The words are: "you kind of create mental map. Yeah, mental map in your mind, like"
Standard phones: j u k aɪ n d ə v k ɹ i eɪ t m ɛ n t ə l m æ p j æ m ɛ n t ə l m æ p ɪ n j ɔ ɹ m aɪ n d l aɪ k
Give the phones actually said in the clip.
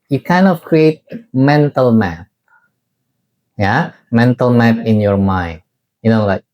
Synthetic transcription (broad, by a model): j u k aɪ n ə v k ɹ i eɪ t m ɛ n t ə l m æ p j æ m ɛ n t ə l m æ p ɪ n j ɔ ɹ m aɪ n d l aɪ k